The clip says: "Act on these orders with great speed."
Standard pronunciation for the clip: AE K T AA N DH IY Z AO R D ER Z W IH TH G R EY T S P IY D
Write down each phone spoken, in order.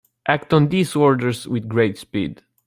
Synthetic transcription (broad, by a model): AE K T AA N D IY S AO R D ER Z W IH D G R EY T S P IY D